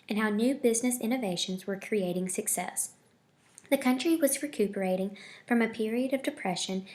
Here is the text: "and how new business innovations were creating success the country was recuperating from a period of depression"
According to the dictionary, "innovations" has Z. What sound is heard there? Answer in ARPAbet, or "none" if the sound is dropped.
Z